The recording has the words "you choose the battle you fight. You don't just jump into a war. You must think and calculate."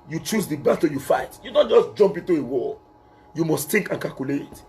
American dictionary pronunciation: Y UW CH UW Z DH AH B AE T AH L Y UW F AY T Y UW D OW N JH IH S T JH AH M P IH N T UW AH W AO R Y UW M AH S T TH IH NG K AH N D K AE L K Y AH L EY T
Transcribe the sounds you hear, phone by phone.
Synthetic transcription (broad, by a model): Y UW CH UW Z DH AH B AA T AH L Y UW F AY T Y UW D OW N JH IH S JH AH M P IH N T UW AH W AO L Y UW M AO S T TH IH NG K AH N K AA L K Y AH L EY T